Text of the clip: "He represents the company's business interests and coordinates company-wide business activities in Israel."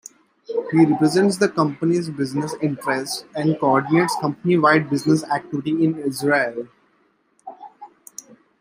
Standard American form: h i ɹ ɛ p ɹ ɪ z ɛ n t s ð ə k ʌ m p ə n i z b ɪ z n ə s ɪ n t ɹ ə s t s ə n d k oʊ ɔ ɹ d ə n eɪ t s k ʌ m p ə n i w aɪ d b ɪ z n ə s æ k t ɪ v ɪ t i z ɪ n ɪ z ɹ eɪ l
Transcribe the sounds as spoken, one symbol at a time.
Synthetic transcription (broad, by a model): h i ɹ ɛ p ɹ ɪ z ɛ n t s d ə k ʌ m p ə n i z b ɪ z n ə s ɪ n t ɹ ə s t ə n d k oʊ ɔ ɹ d ə n eɪ t s k ʌ m p ə n i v aɪ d b ɪ z n ə s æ k t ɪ v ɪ t i ɪ n ɪ z ɹ eɪ l